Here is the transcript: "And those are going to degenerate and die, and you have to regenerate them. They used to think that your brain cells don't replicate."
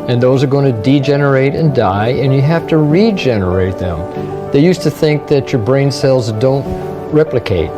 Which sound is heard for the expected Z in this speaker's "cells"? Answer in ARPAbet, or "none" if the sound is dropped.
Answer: Z